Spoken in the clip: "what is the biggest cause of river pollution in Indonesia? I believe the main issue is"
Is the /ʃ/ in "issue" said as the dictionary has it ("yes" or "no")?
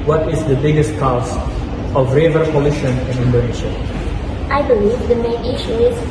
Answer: yes